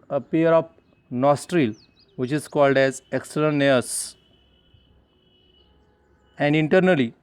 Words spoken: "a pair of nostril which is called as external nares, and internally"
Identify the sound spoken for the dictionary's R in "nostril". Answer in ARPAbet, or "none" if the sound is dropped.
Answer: R